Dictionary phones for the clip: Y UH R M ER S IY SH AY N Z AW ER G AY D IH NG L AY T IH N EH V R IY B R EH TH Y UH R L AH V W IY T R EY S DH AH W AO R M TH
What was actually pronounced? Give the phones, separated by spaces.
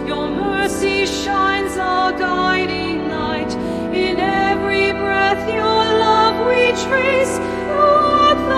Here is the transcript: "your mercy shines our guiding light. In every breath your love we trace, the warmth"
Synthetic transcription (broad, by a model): Y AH R M ER S IY SH AY N Z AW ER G AY D IH NG N AY T IH N EH V R IY B R EH TH Y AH R L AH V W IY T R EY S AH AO